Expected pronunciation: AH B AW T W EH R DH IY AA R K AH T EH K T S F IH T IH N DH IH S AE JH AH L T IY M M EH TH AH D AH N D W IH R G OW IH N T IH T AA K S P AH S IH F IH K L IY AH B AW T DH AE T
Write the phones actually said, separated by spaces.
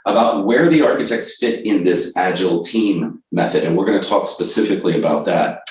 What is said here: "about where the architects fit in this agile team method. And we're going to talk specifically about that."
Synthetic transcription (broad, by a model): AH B AW T W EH R DH IY AA R K AH T EH K T S F IH T IH N DH IH S AE JH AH L T IY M M EH TH AH D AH N W IH R G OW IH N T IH T AA K S P AH S IH F IH K L IY AH B AW T DH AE T